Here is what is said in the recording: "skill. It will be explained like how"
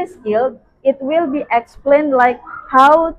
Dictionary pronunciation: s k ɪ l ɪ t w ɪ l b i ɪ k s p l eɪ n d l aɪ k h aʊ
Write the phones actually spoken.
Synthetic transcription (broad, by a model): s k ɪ l ɪ t w ɪ l b i ɪ k s p l eɪ n d l aɪ k h aʊ